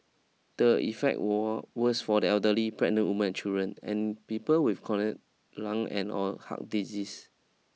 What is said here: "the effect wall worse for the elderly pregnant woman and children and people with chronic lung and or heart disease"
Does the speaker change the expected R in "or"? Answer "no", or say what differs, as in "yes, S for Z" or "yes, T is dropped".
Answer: yes, L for R